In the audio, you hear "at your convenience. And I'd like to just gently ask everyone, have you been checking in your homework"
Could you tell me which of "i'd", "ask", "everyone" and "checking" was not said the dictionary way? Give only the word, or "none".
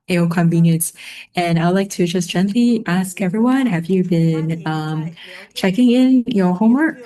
none